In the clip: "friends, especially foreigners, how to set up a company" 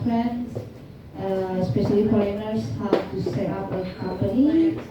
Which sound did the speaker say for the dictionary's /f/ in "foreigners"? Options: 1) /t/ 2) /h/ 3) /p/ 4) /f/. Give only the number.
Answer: 3